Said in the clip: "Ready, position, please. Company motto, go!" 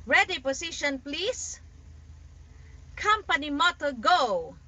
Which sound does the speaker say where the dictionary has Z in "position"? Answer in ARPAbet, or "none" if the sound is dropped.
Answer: S